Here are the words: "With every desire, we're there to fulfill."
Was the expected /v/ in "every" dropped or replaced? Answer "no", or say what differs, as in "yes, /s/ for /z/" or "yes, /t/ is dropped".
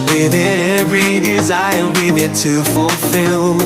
yes, /v/ is dropped